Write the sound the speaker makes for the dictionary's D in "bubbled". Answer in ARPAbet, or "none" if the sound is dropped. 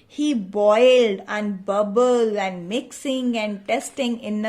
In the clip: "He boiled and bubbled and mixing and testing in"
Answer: none